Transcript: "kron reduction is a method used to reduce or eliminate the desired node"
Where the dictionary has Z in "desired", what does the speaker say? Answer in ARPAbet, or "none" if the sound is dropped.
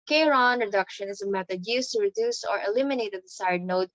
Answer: S